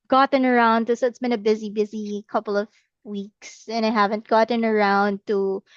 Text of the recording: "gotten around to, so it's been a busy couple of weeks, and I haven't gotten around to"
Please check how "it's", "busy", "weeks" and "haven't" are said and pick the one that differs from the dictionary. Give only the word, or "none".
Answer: none